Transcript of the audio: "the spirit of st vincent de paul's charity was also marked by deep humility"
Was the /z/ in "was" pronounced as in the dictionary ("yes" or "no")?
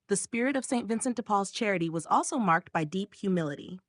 yes